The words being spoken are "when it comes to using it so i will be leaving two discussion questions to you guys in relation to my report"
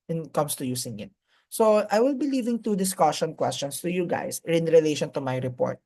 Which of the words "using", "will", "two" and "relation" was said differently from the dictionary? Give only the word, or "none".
using